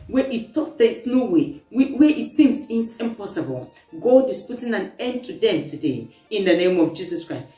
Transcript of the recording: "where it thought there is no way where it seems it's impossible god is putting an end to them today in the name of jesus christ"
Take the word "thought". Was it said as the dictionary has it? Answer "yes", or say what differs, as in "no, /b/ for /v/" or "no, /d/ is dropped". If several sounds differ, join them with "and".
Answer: no, /t/ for /θ/